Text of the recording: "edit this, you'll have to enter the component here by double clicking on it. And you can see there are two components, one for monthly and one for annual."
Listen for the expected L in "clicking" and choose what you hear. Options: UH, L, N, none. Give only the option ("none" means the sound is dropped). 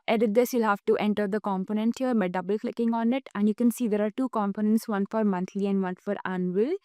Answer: L